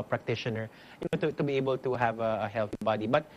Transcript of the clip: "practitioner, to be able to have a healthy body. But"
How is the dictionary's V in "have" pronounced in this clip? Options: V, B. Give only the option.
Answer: V